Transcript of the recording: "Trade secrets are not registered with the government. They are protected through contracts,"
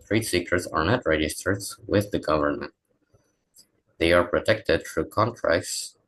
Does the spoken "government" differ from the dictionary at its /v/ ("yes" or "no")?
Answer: no